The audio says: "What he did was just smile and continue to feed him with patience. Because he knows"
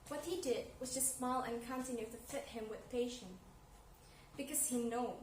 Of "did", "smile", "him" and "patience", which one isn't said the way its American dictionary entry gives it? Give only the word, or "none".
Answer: patience